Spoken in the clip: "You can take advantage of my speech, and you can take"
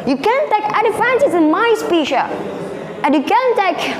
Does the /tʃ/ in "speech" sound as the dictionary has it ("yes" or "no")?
no